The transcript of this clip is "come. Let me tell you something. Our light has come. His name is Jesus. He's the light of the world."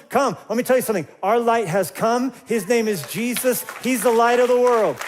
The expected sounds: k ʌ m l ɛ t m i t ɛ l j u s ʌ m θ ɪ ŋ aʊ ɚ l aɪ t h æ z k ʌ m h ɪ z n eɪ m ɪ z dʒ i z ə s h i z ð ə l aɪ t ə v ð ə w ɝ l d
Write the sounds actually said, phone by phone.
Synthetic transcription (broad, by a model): k ʌ m l ɛ t m i t ɛ l j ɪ s ʌ m θ ɪ ŋ aʊ ɚ l aɪ t h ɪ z k ʌ m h ɪ z n eɪ m ɪ z dʒ i z ə s h i z ð ə l aɪ t ə v ð ə w ɝ l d